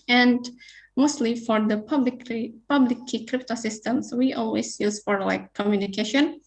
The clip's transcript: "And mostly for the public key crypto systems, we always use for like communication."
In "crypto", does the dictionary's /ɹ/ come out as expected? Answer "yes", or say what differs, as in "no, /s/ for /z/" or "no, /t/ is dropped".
yes